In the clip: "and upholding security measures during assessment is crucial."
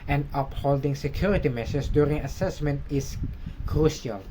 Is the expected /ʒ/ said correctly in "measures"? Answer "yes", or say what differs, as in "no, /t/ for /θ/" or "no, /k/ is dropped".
no, /s/ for /ʒ/